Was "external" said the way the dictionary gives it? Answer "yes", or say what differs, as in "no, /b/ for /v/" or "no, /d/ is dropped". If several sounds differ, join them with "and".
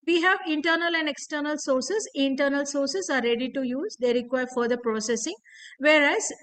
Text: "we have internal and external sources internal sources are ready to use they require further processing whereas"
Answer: yes